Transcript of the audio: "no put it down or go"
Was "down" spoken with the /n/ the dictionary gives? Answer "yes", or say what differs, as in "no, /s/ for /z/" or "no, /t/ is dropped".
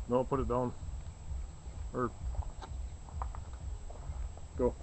yes